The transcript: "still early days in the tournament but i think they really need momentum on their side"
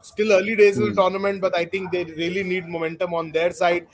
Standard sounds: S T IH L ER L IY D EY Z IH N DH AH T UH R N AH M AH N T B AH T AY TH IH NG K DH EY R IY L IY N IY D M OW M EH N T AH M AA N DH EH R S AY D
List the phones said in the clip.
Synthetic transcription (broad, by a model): S T IH L ER L IY D EY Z IH N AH T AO R N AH M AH N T B AH T AY T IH NG K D EY R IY L IY N IY D M OW M EH N T AH M AA N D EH R S AY D